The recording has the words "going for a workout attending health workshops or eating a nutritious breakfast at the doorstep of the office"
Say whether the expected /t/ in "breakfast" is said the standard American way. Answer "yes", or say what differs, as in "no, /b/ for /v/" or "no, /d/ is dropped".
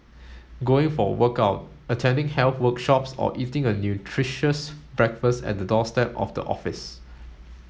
yes